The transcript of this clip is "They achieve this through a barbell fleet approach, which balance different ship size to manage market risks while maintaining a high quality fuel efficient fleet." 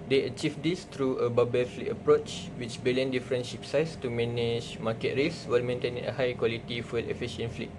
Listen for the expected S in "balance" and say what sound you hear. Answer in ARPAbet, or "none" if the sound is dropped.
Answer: none